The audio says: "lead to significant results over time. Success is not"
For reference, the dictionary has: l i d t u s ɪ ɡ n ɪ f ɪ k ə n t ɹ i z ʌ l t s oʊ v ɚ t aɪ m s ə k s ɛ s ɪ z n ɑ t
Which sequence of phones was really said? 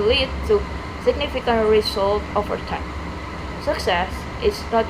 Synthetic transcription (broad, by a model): l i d t u s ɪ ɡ n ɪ f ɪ k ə n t ɹ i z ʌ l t oʊ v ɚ t aɪ m s ə k s ɛ s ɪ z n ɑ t